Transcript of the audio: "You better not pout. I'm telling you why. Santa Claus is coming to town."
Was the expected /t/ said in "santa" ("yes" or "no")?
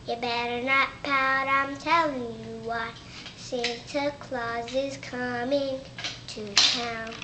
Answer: no